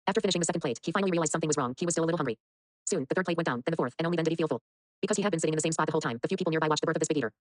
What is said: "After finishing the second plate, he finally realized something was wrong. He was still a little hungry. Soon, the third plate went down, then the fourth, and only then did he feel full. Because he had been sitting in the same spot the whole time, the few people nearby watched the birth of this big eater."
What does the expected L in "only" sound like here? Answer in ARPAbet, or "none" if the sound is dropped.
none